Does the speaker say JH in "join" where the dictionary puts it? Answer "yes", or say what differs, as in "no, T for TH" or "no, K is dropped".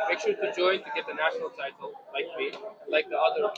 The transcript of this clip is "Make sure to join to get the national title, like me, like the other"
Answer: yes